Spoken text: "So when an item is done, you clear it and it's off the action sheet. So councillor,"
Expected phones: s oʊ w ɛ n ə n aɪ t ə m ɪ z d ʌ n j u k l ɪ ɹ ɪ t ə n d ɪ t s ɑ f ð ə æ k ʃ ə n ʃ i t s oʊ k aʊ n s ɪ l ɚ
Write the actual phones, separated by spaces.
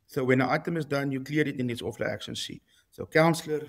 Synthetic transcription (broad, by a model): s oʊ w ɛ n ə aɪ t ə m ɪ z d ʌ n j u k l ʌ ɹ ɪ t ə n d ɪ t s ɑ f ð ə æ k ʃ ə n s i s oʊ k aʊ n s l ɚ